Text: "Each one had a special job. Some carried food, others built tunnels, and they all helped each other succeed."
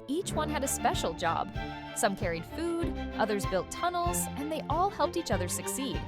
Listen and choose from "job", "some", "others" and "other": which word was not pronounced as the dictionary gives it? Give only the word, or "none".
none